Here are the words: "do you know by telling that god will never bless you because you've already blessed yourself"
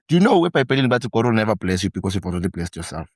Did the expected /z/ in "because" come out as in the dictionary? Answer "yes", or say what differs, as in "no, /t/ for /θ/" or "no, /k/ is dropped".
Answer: no, /s/ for /z/